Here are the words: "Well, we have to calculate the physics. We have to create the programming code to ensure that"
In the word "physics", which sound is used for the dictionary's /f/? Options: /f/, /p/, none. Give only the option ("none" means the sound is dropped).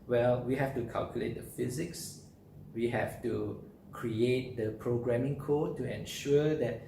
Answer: /f/